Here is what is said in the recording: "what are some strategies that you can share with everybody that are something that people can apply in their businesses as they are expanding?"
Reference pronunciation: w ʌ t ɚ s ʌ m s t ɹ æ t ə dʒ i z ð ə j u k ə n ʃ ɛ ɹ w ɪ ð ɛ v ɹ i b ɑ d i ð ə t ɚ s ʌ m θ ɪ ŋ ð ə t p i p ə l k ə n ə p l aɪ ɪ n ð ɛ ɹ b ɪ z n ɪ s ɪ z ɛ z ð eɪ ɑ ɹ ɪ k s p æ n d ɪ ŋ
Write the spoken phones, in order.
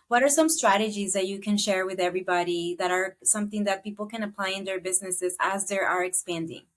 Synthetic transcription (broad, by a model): w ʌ t ɚ s ʌ m s t ɹ æ t ə dʒ i z ð ə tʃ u k ə n ʃ ɛ ɹ w ɪ ð ɛ v ɹ i b ɑ d i ð ə t ɚ s ʌ m θ ɪ ŋ ð ə t p i p l k ə n ə p l aɪ ɪ n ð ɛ ɹ b ɪ z n ɪ s ɪ z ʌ z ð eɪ ɑ ɹ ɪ k s p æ n d ɪ ŋ